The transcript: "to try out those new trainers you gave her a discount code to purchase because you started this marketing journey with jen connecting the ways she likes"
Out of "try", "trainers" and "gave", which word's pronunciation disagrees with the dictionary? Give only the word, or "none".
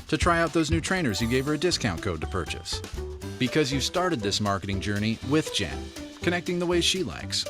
none